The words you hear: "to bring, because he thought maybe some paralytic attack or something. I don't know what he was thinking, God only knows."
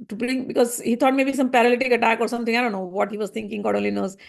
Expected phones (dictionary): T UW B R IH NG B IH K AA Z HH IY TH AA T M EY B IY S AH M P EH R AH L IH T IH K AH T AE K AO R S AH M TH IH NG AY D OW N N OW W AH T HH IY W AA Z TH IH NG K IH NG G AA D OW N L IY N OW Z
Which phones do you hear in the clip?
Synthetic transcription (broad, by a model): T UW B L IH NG B IH K AA Z HH IY T AA T M EY B IY S AH M P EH R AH L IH T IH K AH T AE K AO R S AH M T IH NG AY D OW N N OW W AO T HH IY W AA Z T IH NG K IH NG G AA D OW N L IY N OW Z